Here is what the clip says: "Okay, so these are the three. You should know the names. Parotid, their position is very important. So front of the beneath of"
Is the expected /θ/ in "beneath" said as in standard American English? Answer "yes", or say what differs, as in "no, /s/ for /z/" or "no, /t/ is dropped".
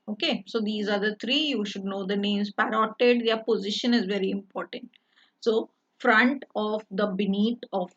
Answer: no, /t/ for /θ/